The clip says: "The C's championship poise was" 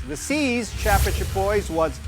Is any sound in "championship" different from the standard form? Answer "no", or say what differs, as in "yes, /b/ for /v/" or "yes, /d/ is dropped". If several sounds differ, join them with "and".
yes, /m/ is dropped